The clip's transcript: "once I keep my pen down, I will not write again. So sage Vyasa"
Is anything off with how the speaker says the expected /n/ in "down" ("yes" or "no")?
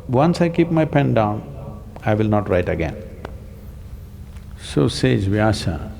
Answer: no